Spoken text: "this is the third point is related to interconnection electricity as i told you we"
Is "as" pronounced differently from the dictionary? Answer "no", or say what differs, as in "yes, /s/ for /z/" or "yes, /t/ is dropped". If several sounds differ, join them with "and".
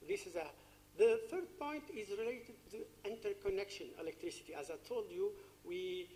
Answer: no